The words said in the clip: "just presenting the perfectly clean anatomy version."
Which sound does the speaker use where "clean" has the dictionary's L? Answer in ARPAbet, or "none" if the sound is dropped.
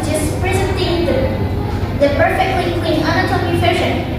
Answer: W